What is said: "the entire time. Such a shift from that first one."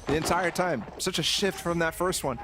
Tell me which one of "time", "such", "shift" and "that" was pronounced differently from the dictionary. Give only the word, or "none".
none